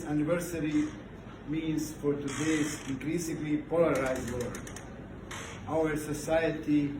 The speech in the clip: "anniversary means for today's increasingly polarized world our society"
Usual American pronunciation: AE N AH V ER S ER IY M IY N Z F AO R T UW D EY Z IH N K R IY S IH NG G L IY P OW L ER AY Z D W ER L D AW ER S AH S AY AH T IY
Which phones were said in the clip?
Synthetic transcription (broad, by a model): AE N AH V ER S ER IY M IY N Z F AO R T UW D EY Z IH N K R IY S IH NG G L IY P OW L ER AY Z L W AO D AW ER S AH S AY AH T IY